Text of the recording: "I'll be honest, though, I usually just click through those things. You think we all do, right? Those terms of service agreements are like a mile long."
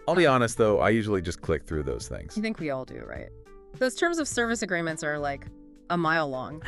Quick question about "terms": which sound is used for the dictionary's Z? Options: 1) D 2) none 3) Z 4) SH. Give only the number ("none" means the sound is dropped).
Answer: 3